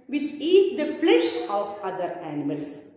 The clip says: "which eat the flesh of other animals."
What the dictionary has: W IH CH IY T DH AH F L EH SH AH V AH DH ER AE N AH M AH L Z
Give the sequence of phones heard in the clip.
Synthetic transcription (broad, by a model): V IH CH IY T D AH F L EH SH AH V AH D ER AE N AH M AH L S